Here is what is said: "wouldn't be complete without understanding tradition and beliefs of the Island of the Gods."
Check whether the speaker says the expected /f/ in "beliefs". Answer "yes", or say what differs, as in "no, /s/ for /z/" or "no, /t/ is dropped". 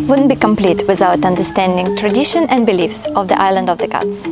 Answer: yes